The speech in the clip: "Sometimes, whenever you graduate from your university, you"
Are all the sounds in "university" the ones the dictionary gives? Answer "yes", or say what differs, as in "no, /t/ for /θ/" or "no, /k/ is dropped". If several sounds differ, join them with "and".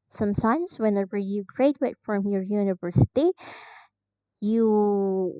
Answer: yes